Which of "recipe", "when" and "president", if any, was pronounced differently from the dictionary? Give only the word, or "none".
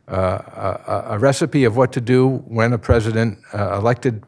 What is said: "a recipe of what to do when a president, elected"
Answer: none